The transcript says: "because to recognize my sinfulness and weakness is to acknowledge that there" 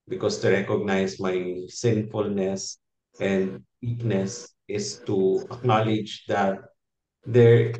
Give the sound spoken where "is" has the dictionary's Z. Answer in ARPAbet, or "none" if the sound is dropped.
S